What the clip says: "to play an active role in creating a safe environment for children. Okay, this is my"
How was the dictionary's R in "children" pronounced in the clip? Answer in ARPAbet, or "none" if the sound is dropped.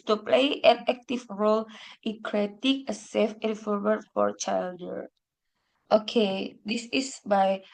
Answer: none